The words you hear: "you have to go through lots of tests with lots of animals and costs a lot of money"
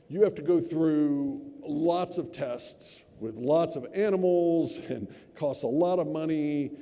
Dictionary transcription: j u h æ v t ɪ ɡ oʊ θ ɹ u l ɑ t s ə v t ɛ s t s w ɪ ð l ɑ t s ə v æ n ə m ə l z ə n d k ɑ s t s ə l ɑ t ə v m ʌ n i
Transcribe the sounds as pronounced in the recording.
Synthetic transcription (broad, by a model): j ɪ h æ f t ɪ ɡ oʊ θ ɹ u l ɑ t s ə v t ɛ s t s w ɪ ð l ɑ t s ə v æ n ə m l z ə n k ɑ s t ə l ɑ t ə v m ʌ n i